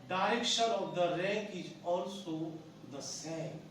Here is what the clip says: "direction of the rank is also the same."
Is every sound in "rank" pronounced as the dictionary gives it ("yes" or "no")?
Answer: no